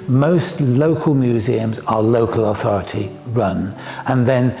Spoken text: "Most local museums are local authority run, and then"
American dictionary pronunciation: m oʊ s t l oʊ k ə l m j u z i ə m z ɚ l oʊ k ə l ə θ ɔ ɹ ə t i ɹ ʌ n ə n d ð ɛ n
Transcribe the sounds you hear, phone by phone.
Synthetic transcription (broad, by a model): m oʊ s t l oʊ k ə l m j u z i ə m z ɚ l oʊ k ə l ə θ ɔ ɹ ə t i ɹ ʌ n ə n ð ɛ n